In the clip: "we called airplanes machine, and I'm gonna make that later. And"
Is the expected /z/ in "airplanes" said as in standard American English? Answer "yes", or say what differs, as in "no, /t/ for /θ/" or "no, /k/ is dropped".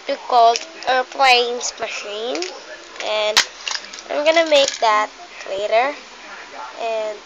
no, /s/ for /z/